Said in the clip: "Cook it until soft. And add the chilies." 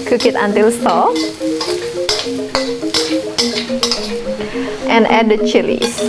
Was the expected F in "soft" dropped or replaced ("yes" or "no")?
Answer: yes